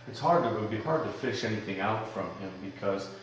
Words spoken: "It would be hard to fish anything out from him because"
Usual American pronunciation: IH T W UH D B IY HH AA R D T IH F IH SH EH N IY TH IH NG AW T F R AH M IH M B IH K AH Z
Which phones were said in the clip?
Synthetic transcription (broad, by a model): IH T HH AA D B IY HH AA R D T IH F IH SH EH N IY TH IH NG AW T F R AH M IH M B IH K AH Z